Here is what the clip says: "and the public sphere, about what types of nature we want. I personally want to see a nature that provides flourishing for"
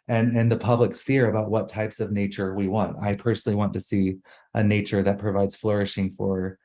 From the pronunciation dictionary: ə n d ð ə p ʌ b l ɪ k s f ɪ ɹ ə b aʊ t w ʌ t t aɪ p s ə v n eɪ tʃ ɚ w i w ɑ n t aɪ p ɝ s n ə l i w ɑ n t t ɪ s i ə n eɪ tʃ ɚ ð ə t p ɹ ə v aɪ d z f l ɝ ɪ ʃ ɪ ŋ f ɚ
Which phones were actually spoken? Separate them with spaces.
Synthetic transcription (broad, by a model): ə n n ð ə p ʌ b l ɪ k s f ɪ ɹ ə b aʊ t w ʌ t t aɪ p s ə v n eɪ tʃ ɚ w i w ɑ n t aɪ p ɝ s n l i w ɑ n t t ɪ s i ə n eɪ tʃ ɚ ð ə t p ɹ ə v aɪ d z f l ɝ ɪ ʃ ɪ ŋ f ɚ